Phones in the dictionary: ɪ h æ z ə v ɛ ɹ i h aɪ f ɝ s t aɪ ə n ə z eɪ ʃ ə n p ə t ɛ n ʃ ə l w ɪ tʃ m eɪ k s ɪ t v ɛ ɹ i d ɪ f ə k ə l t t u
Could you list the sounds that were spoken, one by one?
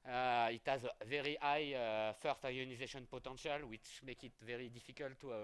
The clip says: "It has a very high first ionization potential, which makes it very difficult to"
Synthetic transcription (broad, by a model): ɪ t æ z ə v ɛ ɹ i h aɪ f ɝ s t aɪ ə n ə z eɪ ʃ ə n p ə t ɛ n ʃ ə l w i tʃ m eɪ k ɪ t v ɛ ɹ i d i f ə k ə l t t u